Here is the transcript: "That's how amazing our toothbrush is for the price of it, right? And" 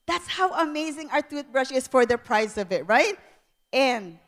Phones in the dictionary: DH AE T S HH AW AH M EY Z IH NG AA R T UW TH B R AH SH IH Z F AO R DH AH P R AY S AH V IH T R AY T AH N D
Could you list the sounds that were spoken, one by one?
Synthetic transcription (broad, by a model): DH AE T S HH AW AH M EY Z IH NG AA R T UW T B R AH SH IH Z F AO R DH AH P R AY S AH V IH T R AY T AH N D